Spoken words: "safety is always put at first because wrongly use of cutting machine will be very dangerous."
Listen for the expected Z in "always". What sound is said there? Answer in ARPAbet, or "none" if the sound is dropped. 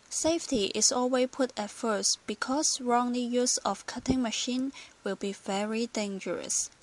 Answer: none